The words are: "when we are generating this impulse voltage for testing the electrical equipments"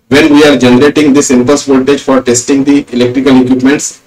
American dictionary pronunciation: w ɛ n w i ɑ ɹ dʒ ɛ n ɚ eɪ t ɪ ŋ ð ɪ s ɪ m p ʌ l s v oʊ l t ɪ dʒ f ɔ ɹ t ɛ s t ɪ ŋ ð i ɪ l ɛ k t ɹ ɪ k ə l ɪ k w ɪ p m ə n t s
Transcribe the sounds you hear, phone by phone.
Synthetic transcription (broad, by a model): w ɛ n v i ɑ ɹ dʒ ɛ n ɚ eɪ t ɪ ŋ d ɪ s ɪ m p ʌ s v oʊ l t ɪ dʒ f ɔ ɹ t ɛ s t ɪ ŋ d i ɪ l ɛ k t ɹ ɪ k ə l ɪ k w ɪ p m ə n t s